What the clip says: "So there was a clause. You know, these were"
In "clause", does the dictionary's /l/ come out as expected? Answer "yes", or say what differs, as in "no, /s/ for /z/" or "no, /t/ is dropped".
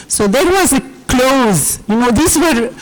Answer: yes